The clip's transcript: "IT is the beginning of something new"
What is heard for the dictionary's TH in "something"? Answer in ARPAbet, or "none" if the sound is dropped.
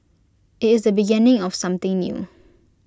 T